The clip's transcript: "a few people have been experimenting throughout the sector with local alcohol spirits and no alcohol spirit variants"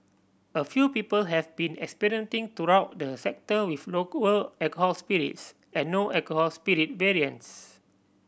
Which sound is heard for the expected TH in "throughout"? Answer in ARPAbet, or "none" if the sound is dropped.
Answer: T